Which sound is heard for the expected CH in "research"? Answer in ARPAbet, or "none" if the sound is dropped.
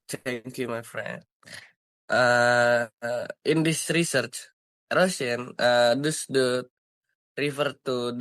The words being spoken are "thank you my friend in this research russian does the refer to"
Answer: CH